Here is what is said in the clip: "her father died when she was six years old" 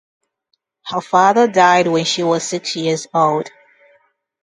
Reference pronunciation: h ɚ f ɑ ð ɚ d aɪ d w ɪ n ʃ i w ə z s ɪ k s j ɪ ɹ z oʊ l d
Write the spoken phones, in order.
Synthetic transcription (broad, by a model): h ɚ f ɑ ð ɚ d aɪ d w ɪ n ʃ i w ə z s ɪ k s j ɪ ɹ z oʊ l d